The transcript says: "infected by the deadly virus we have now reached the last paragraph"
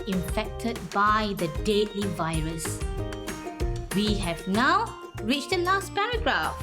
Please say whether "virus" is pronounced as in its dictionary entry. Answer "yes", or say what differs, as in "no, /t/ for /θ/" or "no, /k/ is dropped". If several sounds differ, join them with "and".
yes